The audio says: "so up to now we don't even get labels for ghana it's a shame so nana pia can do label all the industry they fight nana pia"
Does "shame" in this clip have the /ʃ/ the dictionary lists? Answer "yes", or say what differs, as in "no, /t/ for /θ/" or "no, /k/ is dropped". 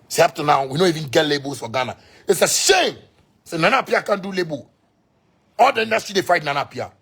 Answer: no, /s/ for /ʃ/